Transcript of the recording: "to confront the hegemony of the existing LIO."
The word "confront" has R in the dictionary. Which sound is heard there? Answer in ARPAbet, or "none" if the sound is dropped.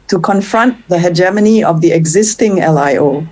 R